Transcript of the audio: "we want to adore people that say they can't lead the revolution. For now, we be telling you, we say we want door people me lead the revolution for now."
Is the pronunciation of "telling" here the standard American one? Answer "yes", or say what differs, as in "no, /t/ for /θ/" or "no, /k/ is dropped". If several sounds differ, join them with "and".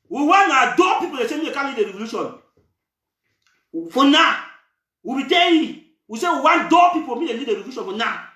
no, /l/ is dropped